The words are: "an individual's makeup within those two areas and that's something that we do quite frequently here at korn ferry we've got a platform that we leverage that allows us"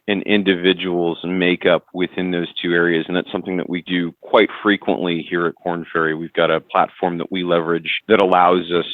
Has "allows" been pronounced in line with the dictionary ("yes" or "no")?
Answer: yes